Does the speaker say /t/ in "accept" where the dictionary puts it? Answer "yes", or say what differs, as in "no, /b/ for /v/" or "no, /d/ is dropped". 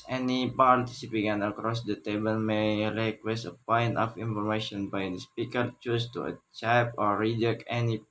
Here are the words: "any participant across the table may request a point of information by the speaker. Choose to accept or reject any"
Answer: no, /t/ is dropped